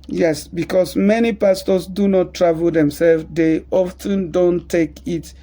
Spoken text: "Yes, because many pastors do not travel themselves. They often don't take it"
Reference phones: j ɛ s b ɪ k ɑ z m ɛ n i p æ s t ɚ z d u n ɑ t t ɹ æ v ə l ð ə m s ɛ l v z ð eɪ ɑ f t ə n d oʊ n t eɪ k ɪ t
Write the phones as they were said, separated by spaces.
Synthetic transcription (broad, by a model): j ɛ s b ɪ k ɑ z m ɛ n i p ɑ s t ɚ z d u n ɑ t t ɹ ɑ v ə l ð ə m s ɛ l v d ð eɪ ɑ f t ə n d oʊ n t eɪ k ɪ t